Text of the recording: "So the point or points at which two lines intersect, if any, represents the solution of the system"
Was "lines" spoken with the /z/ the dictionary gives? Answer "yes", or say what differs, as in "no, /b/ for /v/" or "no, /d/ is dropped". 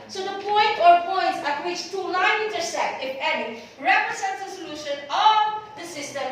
no, /z/ is dropped